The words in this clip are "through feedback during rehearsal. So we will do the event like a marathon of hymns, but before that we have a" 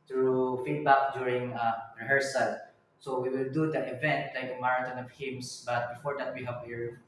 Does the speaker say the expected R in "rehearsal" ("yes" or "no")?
yes